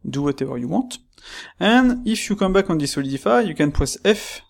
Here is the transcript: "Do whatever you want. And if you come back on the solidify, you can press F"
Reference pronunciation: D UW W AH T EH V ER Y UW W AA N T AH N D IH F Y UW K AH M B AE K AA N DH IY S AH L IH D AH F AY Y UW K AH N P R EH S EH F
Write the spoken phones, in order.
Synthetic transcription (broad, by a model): D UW W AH T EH V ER Y UW W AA T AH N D IH F Y UW K AH M B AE K AA N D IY S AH L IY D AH F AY Y UW K AH N P W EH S EH F